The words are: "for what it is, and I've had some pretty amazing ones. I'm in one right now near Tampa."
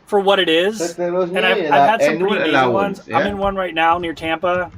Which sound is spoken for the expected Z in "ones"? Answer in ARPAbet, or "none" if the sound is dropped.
Z